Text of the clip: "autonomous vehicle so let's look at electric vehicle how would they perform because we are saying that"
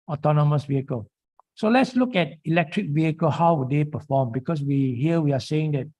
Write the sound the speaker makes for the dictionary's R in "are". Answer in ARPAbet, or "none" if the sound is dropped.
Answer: W